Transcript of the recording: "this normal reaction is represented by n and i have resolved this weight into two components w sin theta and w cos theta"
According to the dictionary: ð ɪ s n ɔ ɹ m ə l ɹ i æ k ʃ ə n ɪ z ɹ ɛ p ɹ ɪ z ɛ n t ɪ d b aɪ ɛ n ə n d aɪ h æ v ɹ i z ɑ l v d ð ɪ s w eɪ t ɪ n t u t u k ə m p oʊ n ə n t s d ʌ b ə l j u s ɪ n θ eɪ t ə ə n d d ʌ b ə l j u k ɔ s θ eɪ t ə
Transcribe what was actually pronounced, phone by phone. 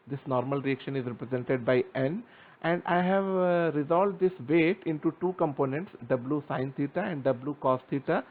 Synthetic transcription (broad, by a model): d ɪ s n ɔ ɹ m ə l ɹ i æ k ʃ ə n ɪ z ɹ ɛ p ɹ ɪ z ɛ n t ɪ d b aɪ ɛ n ə n d aɪ h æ v ɹ i z ɑ l v d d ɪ s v eɪ t ɪ n t u t u k ə m p oʊ n ə n t s d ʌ b l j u s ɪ n t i t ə ə n d d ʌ b l j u k ɔ s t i t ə